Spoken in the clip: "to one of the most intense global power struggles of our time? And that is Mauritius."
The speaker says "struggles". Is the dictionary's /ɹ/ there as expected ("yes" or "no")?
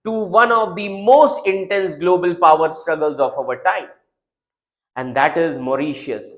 yes